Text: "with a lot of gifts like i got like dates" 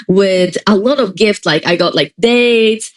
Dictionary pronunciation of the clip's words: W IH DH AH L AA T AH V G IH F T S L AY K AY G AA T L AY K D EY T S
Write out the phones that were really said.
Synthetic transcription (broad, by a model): W IH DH AH L AA T AH V G IH F T S L AY K AY G AA T L AY K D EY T